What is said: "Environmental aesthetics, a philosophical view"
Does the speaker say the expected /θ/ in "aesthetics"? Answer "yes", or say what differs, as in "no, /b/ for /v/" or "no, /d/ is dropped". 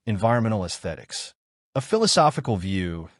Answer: yes